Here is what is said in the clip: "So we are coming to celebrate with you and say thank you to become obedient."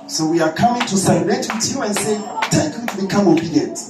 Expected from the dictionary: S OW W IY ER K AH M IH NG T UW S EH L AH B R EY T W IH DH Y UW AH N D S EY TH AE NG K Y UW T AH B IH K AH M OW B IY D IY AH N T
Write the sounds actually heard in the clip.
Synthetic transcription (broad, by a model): S OW W IY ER K AH M IH NG T UW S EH AH R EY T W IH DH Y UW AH N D S EY T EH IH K Y UW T B IH K AH M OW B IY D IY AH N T